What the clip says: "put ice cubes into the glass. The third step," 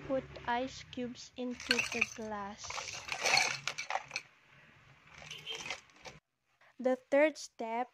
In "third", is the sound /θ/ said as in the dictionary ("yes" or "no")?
no